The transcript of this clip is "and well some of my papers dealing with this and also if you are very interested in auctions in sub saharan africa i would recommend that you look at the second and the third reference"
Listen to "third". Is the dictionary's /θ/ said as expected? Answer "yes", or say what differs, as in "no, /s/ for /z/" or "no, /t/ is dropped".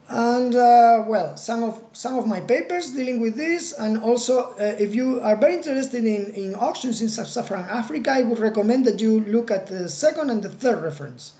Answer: yes